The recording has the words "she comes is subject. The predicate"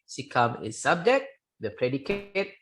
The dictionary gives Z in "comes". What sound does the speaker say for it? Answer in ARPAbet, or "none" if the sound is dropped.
none